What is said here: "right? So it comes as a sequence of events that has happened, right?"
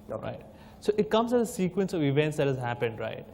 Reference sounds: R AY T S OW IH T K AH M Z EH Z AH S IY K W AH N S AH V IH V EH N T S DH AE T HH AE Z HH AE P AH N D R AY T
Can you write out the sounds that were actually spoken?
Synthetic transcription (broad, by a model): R AY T S OW IH T K AH M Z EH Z AH S IY K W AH N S AH V IH V EH N T S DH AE T HH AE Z HH AE P AH N D R AY T